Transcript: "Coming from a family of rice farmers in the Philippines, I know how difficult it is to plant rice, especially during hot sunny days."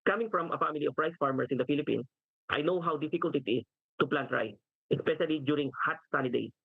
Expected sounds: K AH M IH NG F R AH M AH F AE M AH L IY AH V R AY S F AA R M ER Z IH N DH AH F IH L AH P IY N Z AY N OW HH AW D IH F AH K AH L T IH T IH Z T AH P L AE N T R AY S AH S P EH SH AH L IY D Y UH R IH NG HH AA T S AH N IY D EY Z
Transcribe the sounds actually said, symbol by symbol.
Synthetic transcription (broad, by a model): K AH M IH NG F R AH M AH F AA M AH L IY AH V R AY S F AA R M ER S IH N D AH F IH L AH P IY N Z AY N OW HH AW D IH F AH K AH L T IH T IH S T AH P L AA N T R AY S AH S P EH SH AH L IY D Y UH R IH NG HH AA T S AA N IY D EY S